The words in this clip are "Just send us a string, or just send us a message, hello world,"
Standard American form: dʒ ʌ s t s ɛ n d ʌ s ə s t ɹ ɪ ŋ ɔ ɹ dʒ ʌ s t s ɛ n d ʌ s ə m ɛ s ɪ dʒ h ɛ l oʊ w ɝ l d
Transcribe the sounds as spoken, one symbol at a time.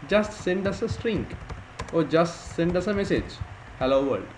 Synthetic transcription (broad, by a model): dʒ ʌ s t s ɛ n d ʌ s ə s t ɹ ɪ ŋ ɔ ɹ dʒ ʌ s t s ɛ n d ʌ s ə m ɛ s ɪ dʒ h ɛ l oʊ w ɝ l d